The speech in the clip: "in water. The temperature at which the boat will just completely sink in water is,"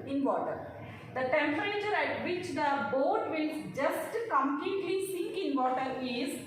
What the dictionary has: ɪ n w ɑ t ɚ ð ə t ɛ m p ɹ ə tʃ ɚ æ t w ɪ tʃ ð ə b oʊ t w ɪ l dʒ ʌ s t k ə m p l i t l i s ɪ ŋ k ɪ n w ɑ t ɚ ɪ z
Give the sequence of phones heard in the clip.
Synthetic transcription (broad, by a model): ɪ n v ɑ t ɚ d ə t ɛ m p ɹ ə tʃ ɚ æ t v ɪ tʃ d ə b oʊ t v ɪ l dʒ ʌ s t k ə m p l i t l i s ɪ ŋ k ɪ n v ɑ t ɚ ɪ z